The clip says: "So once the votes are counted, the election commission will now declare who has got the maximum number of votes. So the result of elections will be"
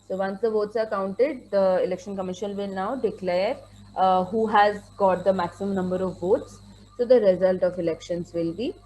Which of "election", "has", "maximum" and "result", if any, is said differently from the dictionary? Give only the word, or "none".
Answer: none